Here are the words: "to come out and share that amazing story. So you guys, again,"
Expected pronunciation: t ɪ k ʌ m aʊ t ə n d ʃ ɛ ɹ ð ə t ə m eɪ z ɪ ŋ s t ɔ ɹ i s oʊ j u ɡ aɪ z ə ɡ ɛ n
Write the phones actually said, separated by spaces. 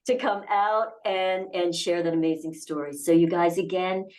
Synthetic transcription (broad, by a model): t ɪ k ʌ m aʊ t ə n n ʃ ɛ ɹ ð ə t ə m eɪ z ɪ ŋ s t ɔ ɹ i s oʊ j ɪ ɡ aɪ z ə ɡ ɛ n